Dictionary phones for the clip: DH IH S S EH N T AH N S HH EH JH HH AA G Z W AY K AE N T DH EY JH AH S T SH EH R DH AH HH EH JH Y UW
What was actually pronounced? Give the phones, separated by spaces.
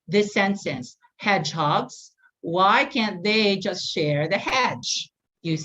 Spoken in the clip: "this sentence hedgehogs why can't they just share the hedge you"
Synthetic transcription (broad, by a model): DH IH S S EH N S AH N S HH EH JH HH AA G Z W AY K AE N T DH EY JH AH S T SH EH R DH AH HH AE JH Y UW